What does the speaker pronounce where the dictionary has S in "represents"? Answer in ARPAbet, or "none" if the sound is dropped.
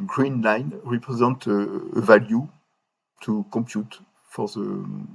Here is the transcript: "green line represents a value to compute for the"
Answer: none